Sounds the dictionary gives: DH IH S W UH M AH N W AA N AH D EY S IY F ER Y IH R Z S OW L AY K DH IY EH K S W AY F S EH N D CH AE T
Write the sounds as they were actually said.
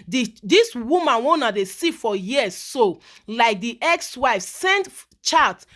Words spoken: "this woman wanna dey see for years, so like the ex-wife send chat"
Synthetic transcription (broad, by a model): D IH S W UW M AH N W AA N AH D EY S IY F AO Y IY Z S OW L AY K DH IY EH K S W AY F S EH N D CH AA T